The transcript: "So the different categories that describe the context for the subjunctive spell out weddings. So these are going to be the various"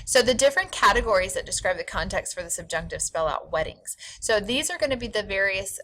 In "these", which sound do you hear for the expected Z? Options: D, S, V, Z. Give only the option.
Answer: Z